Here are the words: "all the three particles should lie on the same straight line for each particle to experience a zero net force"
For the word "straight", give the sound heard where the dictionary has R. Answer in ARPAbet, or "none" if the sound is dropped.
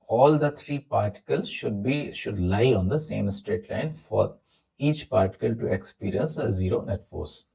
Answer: R